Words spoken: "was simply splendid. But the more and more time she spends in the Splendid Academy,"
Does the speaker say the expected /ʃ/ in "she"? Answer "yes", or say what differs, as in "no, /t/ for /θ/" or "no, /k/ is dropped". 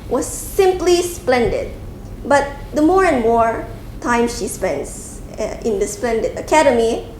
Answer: yes